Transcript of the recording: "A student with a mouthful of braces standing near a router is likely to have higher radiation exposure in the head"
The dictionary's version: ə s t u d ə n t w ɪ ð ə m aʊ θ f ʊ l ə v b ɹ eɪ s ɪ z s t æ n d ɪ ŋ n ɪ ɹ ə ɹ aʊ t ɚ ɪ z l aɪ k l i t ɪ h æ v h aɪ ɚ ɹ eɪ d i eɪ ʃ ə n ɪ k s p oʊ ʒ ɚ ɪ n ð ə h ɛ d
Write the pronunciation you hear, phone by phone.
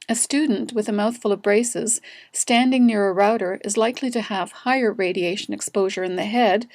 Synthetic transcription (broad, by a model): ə s t u d n t w ɪ ð ə m aʊ θ f ʊ l ə v b ɹ eɪ s ɪ z s t æ n d ɪ ŋ n ɪ ɹ ə ɹ aʊ t ɚ ɪ z l aɪ k l i t ɪ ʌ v h aɪ ɚ ɹ eɪ d i eɪ ʃ ə n ɪ k s p oʊ ʒ ɚ ɪ n ð ə h ɛ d